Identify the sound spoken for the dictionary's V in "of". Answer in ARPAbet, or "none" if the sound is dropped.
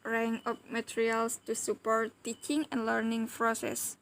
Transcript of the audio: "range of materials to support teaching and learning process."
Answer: P